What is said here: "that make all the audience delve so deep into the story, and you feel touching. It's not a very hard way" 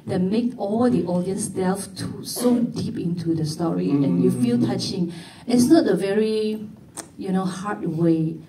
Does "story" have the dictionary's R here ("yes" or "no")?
yes